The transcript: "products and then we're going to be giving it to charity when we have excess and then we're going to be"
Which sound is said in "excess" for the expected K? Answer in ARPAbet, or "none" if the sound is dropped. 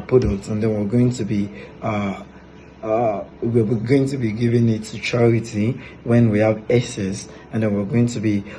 none